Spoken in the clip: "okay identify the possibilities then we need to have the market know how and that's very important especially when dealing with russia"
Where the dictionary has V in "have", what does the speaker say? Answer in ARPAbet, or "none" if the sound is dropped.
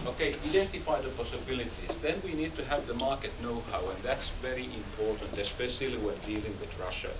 V